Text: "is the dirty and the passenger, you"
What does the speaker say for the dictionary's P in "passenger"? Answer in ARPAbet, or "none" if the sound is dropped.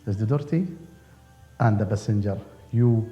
B